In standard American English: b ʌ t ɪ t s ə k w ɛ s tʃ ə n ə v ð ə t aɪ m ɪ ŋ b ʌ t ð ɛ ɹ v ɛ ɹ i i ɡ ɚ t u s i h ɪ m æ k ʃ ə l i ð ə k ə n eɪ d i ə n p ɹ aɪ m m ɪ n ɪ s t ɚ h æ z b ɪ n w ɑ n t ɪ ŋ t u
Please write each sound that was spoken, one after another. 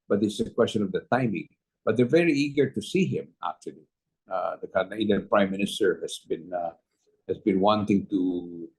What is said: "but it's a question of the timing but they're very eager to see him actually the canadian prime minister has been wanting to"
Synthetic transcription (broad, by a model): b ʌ t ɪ s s ə k w ɛ s tʃ ə n ə v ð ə t aɪ m ɪ ŋ b ʌ t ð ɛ ɹ v ɛ ɹ i i ɡ ɚ t u s i h ɪ m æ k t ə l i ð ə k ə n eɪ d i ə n p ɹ aɪ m m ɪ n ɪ s t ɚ h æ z b ɪ n w ɑ n t ɪ ŋ t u